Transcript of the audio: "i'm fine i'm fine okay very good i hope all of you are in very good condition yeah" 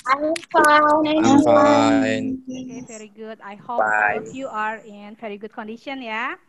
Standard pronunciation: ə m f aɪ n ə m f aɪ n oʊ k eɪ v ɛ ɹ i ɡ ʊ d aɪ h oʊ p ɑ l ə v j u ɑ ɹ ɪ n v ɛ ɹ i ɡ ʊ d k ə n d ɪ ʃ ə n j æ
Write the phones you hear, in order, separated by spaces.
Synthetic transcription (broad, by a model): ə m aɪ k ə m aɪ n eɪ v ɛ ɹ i ɡ ʊ d aɪ h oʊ b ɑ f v j u ɑ ɹ ɪ n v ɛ ɹ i ɡ ʊ d k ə n d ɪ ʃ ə n j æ